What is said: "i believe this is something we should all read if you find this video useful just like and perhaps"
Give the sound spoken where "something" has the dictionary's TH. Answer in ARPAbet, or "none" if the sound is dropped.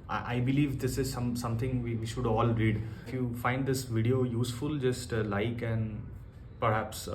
S